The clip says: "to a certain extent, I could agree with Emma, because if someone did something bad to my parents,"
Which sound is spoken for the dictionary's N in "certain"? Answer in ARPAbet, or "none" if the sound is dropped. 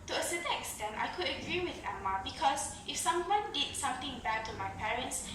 none